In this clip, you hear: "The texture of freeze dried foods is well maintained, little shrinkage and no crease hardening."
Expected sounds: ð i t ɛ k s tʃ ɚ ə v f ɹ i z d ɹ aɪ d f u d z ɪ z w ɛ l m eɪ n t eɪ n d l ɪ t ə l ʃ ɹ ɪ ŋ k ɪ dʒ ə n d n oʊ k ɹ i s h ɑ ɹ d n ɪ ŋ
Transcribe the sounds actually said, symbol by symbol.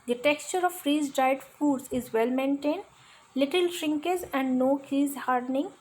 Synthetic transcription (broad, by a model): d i t ɛ k s tʃ ɚ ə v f ɹ i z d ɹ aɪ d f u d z ɪ z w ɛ l m eɪ n t eɪ n d l ɪ t ə l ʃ ɹ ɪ ŋ k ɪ z ə n d n oʊ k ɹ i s h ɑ ɹ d n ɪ ŋ